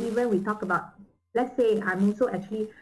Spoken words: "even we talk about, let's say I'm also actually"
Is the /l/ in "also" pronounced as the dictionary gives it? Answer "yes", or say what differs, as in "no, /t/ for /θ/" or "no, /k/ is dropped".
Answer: no, /n/ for /l/